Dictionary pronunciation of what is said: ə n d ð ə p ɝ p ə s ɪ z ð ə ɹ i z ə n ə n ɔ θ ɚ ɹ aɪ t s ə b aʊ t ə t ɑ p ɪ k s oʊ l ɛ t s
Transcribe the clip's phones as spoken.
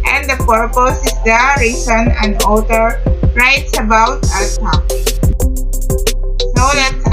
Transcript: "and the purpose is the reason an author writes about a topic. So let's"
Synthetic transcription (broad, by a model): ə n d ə p ɝ p ə s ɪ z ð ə ɹ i s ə n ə n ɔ t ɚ ɹ aɪ t s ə b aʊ ə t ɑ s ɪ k s oʊ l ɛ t